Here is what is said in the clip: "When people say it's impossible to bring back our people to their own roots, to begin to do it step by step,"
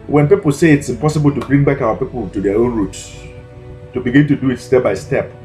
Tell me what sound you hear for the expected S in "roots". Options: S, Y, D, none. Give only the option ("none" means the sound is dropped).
S